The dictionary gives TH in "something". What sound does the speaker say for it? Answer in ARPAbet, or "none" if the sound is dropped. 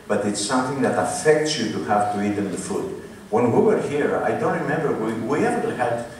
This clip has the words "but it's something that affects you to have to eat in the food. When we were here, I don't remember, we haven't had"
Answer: TH